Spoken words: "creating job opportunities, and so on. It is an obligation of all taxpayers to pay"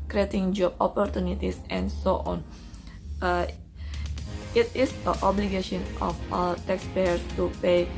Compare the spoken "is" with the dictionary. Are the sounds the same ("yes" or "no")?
no